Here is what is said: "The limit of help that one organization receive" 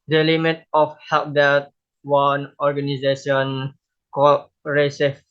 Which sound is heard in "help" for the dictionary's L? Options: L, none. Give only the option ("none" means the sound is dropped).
none